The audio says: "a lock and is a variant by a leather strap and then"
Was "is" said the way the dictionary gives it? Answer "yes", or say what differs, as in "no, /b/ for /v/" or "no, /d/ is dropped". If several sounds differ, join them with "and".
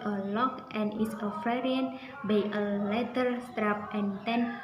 no, /s/ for /z/